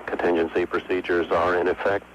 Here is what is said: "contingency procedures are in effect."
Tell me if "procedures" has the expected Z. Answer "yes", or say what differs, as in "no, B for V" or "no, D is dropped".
yes